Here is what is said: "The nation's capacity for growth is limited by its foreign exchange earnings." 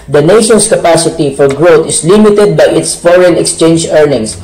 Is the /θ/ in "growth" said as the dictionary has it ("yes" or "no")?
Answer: no